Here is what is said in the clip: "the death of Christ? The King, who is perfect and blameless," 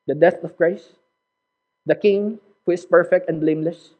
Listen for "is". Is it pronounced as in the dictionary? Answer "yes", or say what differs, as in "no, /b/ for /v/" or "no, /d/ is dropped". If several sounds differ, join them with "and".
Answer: no, /s/ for /z/